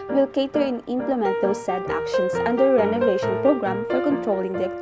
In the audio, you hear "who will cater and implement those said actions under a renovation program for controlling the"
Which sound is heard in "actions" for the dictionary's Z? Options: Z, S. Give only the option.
S